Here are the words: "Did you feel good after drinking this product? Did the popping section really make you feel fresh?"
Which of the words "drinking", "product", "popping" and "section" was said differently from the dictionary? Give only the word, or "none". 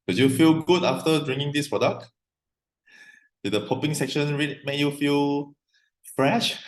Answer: drinking